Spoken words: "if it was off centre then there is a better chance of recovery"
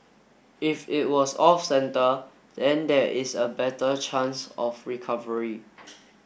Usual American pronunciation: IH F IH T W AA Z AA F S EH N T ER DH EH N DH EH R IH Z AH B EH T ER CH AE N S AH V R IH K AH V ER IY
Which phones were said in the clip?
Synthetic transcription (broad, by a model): IH F IH T W AA S AA F S EH N T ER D EH N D EH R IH S AH B EH T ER CH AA N S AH F R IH K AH V ER IY